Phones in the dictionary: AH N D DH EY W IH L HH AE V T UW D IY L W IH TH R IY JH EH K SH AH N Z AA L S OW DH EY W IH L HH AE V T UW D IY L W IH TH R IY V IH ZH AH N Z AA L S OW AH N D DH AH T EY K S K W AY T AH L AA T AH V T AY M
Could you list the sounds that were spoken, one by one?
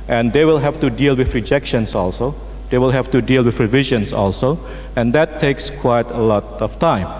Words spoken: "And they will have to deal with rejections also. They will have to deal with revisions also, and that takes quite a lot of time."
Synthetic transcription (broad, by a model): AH N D EY W IH L HH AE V T UW D IY L W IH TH R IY JH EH K SH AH N S AA L S OW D EY W IH L HH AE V T UW D IY L W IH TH R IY V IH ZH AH N S AA L S OW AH N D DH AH T EY K S K W AY T AH L AA T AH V T AY M